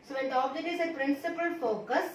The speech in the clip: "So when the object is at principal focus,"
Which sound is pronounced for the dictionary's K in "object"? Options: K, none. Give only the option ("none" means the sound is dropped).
none